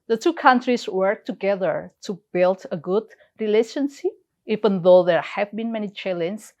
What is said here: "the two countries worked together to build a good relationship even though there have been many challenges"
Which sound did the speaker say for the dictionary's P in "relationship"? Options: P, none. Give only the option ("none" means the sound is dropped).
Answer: none